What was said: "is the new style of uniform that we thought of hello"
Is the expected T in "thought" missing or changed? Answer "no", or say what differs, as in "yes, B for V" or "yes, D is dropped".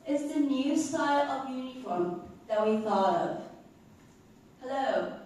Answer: yes, T is dropped